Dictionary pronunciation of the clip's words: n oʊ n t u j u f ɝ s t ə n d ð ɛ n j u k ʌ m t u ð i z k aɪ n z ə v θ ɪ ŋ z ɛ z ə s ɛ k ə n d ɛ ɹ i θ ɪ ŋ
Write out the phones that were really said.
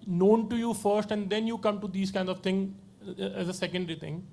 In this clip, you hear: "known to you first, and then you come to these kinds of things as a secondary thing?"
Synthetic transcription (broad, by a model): n oʊ n t u j u f ɝ s t ə n d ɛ n j u k ʌ m t u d i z k aɪ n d ə v t ɪ ŋ ɛ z ə s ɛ k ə n d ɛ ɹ i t ɪ ŋ